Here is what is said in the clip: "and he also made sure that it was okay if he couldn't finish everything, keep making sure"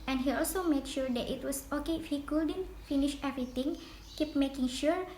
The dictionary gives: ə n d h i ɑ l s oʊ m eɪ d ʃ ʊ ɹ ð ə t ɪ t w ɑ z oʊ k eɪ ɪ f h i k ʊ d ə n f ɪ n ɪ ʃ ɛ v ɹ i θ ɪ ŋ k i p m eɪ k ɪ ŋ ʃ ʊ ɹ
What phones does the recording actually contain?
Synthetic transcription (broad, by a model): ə n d h i ɑ l s oʊ m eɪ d ʃ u ɹ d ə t ɪ t w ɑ s oʊ k eɪ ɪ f h i k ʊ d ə n f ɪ n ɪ ʃ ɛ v ɹ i t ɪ ŋ k i p m eɪ k ɪ ŋ ʃ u ɹ